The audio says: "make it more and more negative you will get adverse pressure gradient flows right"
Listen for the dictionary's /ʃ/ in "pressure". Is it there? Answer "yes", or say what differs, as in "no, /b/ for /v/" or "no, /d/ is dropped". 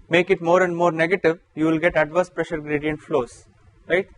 yes